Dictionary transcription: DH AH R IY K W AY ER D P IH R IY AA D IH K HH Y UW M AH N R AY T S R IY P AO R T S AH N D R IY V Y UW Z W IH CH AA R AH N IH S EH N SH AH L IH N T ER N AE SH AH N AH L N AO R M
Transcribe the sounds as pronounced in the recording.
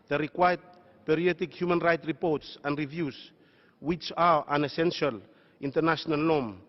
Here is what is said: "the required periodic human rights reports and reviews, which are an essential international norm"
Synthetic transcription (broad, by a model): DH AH R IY K W AY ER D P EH R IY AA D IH K HH Y UW M AH N R AY T R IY P AO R T S AH N D R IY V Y UW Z W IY CH AA R AH N IH S EH N SH AH L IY N T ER N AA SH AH N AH L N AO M